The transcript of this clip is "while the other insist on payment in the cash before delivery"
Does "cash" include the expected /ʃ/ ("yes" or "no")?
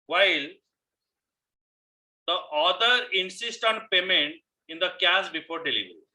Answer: no